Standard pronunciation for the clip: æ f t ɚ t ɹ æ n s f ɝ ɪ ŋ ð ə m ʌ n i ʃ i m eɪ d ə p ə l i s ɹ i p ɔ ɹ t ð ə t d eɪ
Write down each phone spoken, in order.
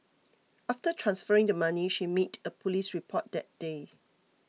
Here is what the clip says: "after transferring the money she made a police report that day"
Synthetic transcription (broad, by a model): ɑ f t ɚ t ɹ æ n s f ɝ ɪ ŋ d ə m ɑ n i ʃ i m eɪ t ə p ə l i s ɹ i p ɔ t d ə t d eɪ